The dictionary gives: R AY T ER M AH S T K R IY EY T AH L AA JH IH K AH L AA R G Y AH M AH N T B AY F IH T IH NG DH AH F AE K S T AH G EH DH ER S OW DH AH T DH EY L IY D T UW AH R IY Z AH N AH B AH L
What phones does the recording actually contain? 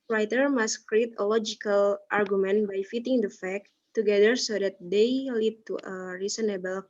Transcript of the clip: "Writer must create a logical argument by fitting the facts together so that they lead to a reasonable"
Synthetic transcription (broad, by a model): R AY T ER M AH S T K R IY EY T AH L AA JH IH K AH L AA R G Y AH M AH N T B AY F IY T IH NG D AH F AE K T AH G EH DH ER S OW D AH T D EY L IY D T UW AH R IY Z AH N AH B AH L